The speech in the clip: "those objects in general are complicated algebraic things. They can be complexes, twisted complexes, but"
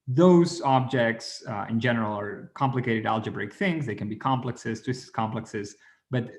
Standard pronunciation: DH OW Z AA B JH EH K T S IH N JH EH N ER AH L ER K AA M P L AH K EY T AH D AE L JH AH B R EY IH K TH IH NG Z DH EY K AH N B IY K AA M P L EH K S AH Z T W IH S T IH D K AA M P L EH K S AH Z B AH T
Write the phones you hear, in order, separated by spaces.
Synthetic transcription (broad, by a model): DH OW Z AA B JH EH K T S IH N JH EH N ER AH L ER K AA M P L AH K EY T AH D AE L JH AH B R EY IH K TH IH NG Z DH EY K AH N B IY K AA M P L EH K S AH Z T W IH S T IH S K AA M P L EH K S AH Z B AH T